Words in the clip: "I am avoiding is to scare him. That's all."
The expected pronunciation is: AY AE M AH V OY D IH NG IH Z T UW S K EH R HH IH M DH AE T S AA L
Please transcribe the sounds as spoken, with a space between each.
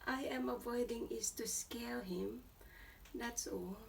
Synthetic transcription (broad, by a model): AY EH M AH V OY D IH NG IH S T UW S K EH L HH IH M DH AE T S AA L